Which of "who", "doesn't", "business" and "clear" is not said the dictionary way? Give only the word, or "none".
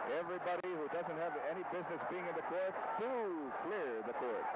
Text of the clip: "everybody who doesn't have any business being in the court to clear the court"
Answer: none